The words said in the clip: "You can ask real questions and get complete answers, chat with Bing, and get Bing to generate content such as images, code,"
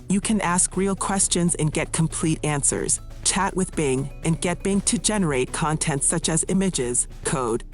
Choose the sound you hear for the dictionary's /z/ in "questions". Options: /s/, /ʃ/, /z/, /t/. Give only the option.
/z/